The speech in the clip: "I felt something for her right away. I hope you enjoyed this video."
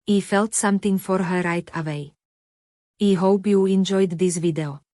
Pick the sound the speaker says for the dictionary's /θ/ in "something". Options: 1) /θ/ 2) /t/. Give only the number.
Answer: 2